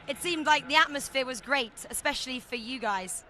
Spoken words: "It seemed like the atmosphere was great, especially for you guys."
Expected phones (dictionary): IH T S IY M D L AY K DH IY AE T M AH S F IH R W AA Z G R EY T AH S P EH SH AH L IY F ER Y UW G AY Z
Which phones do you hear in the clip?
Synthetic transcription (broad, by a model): IH T S IY M D L AY K DH IY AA T M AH S F IH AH W AA Z G R EY T AH S P EH SH AH L IY F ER Y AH G AY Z